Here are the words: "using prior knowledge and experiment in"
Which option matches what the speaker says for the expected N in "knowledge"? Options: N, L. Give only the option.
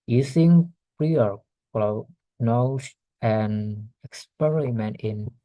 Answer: L